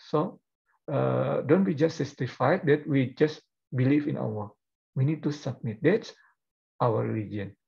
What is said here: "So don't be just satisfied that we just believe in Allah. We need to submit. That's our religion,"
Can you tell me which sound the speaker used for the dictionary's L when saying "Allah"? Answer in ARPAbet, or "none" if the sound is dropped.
W